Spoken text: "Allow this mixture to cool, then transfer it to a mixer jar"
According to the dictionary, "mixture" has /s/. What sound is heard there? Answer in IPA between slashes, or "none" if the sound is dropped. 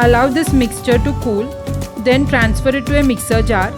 /s/